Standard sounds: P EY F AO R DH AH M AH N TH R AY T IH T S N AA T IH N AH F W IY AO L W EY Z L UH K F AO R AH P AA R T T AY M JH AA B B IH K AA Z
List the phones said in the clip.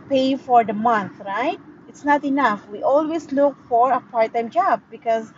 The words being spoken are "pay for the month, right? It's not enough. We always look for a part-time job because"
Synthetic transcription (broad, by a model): P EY F AO R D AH M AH N T R AY T IH T S N AA T IH N AH F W IY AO L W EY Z L UH K F AO R AH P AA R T T AY M JH AA B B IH K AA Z